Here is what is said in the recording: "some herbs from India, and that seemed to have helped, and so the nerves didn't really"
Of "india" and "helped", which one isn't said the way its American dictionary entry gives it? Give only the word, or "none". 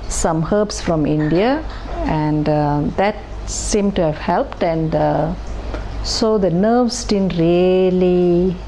none